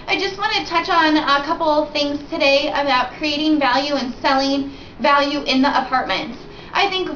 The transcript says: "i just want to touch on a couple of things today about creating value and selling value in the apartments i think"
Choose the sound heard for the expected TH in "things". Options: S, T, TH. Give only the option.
TH